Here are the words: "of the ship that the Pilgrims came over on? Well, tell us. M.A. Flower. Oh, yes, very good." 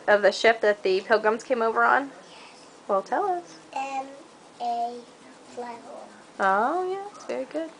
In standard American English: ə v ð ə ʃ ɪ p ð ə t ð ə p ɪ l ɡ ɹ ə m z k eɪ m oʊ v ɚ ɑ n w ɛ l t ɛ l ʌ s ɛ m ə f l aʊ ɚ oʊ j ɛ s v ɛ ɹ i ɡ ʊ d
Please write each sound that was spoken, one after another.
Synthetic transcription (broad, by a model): ə v ð ə ʃ ɪ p ð ə t ð ə p ɪ l ɡ ɹ ə m z k eɪ m oʊ v ɚ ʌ n w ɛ l t ɛ l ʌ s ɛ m ə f l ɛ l oʊ j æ s v ɛ ɹ i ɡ ʊ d